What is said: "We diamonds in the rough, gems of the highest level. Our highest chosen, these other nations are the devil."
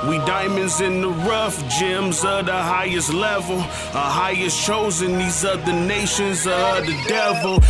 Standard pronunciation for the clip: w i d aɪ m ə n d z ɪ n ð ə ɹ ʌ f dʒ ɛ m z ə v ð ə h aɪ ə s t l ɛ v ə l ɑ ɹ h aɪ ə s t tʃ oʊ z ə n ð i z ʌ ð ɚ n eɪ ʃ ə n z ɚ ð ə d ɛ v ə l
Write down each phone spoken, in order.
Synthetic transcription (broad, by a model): w i d aɪ m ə n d z ɪ n ð ə ɹ ʌ f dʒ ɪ m z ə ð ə h aɪ ə s t l ɛ v ə l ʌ h aɪ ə s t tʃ oʊ z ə n ð i z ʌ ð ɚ n eɪ ʃ ə n z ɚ ð ə d ɛ v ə l